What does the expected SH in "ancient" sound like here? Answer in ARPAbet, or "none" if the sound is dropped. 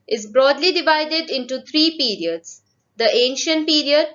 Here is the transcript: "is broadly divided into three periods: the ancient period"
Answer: SH